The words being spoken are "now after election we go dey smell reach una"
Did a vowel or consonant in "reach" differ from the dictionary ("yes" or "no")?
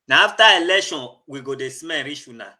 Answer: yes